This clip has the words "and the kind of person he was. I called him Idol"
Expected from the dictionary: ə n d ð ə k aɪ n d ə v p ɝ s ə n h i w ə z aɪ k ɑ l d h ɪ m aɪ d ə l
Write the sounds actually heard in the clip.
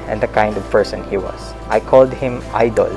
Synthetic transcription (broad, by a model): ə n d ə k aɪ n d ə v p ɝ s ə n h i w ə s aɪ k ɑ l d h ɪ m aɪ d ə l